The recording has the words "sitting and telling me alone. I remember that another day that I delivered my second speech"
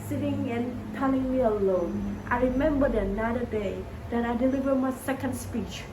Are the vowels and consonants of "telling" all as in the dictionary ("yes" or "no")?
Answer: no